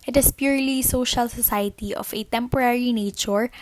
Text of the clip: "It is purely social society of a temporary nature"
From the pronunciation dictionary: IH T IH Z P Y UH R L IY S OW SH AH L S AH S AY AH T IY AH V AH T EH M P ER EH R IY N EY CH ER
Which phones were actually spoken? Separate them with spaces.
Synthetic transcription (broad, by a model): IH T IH S P Y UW R L IY S OW SH AH L S AH S AY AH T IY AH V AH T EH M P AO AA R IY N EY CH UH